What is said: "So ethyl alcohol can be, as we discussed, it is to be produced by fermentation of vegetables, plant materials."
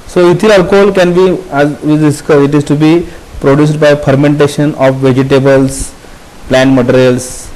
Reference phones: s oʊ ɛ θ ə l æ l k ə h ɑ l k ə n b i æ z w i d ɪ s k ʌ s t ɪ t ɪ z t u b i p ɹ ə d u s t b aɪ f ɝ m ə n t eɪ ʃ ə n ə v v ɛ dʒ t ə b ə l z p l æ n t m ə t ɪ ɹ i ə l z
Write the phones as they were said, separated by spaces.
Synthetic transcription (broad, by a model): s oʊ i t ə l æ l k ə h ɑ l k ə n b i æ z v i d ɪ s k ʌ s ɪ t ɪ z t u b i p ɹ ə d u s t b aɪ f ɝ m ə n t eɪ ʃ ə n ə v v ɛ dʒ t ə b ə l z p l æ n t m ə t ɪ ɹ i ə l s